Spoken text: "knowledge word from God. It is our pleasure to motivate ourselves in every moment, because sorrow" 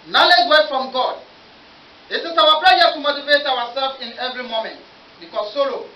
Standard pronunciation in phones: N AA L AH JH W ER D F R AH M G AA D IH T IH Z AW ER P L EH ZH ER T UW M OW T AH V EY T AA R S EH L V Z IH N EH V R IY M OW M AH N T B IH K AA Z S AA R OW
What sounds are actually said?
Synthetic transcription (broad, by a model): N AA L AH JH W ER F R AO M G AA D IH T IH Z AW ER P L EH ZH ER T UW M OW T AH V EY T AA W S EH L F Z IH N EH V R IY M OW M AH N T B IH K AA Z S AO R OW